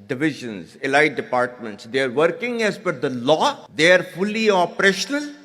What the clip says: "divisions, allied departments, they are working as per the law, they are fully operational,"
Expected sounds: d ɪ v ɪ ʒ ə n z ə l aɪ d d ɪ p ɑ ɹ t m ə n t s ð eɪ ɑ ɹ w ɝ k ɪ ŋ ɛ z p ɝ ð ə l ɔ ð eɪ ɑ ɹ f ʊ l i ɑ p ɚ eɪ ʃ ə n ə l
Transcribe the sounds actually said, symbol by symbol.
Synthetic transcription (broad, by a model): d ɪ v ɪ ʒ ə n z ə l aɪ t d ɪ p ɑ ɹ t m ə n t s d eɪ ɑ ɹ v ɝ k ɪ ŋ ɛ z f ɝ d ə l ɔ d eɪ ɑ ɹ f ʊ l i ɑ p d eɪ ʃ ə n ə l